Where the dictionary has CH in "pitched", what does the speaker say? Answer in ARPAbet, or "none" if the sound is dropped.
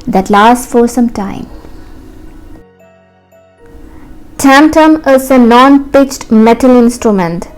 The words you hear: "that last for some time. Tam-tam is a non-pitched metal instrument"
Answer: CH